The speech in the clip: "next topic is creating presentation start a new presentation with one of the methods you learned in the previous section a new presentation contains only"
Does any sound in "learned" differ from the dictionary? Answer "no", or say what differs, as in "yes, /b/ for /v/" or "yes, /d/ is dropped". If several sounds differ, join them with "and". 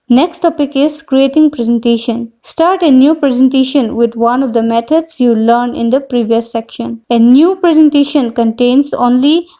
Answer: yes, /d/ is dropped